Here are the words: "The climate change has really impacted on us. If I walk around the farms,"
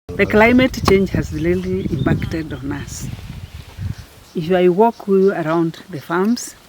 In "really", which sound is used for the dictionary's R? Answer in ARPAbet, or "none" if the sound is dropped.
L